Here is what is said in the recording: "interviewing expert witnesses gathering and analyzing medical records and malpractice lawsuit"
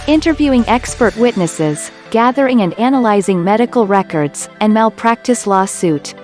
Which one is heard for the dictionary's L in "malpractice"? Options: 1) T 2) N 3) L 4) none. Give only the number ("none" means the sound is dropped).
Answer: 3